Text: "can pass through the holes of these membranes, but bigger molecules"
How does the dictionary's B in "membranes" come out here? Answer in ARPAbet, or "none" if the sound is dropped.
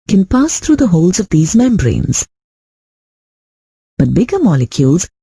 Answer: B